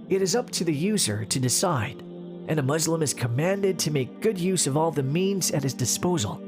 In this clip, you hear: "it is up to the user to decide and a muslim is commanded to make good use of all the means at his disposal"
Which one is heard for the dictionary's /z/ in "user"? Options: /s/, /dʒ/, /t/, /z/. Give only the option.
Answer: /z/